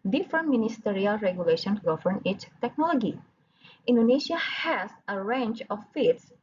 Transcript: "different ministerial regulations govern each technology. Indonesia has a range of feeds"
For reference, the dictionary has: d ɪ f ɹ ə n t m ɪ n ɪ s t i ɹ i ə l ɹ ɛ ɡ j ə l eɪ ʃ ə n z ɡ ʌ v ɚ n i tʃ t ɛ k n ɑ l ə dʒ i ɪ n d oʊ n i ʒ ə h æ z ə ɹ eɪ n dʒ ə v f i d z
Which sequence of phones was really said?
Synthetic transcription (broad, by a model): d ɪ f ɹ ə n m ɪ n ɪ s t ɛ ɹ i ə l ɹ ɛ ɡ j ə l eɪ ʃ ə n ɡ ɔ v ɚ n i s t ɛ k n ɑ l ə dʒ i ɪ n d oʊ n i ʃ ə h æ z ə ɹ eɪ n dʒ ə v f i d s